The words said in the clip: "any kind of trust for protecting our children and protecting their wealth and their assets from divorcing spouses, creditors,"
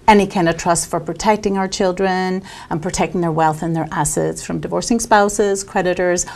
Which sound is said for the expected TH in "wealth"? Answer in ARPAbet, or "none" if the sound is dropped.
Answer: TH